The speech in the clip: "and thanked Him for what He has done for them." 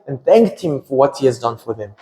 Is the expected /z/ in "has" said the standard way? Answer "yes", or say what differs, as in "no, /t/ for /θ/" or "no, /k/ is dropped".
yes